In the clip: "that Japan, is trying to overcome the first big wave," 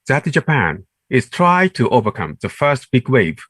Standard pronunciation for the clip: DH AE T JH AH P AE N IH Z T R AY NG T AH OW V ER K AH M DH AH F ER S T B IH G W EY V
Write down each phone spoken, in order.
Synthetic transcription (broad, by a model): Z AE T JH AH P AE N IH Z T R AY T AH OW V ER K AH M DH AH F ER S T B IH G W EY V